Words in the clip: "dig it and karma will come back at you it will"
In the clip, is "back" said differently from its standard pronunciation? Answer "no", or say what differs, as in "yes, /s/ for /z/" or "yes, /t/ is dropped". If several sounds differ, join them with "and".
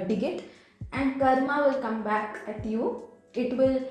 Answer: no